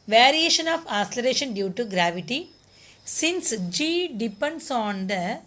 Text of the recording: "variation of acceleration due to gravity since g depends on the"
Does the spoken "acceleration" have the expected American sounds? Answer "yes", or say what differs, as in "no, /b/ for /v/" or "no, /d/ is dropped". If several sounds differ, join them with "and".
no, /k/ is dropped